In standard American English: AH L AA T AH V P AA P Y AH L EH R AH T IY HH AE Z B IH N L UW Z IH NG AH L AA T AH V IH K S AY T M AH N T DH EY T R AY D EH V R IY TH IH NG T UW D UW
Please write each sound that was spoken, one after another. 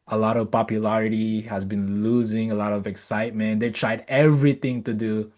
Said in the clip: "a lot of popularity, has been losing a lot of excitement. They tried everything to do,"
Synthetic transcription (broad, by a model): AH L AA T AH V P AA P Y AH L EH R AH T IY HH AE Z B IH N L UW Z IH NG AH L AA T AH V IH K S AY T M AH N T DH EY T R AY D EH V R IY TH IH NG T UW D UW